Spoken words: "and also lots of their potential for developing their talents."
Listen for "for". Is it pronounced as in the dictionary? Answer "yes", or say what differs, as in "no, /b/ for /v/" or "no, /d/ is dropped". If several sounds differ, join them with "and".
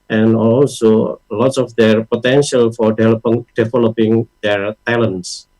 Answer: no, /l/ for /ɹ/